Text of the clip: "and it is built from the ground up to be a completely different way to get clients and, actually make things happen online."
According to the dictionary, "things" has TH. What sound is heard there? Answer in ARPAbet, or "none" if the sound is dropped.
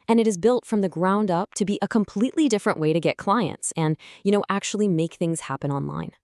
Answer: TH